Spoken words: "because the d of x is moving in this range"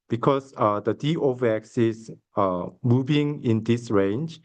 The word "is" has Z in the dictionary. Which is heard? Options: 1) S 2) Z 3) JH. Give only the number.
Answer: 1